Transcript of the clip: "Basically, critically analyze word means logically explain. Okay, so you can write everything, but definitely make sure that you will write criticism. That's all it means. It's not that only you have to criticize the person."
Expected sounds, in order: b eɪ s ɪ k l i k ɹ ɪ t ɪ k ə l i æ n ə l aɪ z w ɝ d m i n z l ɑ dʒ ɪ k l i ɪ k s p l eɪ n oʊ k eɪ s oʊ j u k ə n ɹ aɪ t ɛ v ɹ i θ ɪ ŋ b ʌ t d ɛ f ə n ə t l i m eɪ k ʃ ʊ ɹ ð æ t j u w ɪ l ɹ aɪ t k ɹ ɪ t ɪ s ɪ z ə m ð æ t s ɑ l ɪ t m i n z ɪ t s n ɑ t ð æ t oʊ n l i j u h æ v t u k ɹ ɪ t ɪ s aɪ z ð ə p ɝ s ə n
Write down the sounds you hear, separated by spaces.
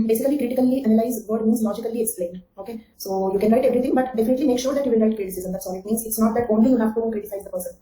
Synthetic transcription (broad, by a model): b eɪ s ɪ k l i k ɹ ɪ t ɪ k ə l i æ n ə l aɪ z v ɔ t m i n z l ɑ dʒ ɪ k l i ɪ k s p l eɪ n oʊ k eɪ s oʊ j u k ə n ɹ aɪ t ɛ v ɹ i t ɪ ŋ b ʌ t d ɛ f ə n ə t l i m eɪ k ʃ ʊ ɹ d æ t j u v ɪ l ɹ aɪ t k ɹ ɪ t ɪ s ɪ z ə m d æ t s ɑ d ɪ t m i n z ɪ t s n ɑ t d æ t oʊ n l i j u h æ v t u k ɹ ɪ t ɪ s aɪ z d ə p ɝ s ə n